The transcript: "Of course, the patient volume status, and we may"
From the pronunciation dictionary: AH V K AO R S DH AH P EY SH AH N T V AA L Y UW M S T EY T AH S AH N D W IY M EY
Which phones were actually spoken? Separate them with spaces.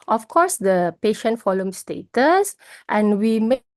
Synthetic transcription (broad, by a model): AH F K AO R S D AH P EY SH AH N T F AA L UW M S T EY T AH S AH N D W IY M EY